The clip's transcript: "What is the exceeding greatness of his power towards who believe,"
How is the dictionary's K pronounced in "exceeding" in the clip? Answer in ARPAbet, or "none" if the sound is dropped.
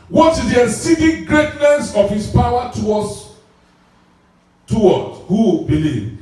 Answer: none